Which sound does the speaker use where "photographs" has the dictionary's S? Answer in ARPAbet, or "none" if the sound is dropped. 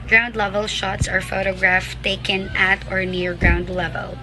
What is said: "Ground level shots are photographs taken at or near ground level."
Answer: none